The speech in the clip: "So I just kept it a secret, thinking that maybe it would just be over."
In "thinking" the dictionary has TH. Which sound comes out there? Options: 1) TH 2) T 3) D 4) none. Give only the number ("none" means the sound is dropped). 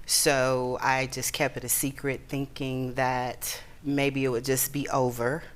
1